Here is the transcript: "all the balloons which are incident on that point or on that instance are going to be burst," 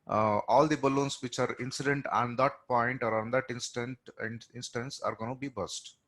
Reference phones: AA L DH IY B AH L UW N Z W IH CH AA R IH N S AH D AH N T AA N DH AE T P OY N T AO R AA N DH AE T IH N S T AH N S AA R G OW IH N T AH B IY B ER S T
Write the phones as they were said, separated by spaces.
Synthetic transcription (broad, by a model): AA L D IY B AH L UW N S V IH CH AA R IH N S AH D AH N T AA N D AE T P OY N T AO R AA N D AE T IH N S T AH N S AA R G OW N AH B IY B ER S T